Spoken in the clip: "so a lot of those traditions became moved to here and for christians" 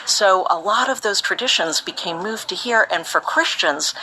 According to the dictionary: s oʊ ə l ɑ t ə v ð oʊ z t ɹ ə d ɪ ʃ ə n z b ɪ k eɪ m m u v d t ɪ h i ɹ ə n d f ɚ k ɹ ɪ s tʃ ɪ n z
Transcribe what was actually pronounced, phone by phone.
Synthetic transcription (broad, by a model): s oʊ ə l ɑ t ə v ð oʊ z t ɹ ə d ɪ ʃ ə n z b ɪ k eɪ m m u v t ɪ h i ɹ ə n f ɚ k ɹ ɪ s tʃ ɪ n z